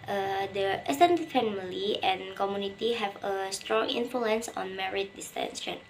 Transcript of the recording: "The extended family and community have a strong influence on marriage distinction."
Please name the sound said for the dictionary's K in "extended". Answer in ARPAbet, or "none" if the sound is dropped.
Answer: none